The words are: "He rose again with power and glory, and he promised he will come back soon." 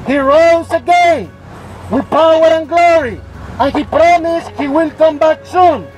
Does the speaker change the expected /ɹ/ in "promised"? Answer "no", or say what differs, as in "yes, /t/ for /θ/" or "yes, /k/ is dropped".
no